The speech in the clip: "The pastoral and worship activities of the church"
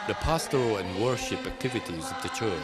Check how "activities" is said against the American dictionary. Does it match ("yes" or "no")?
yes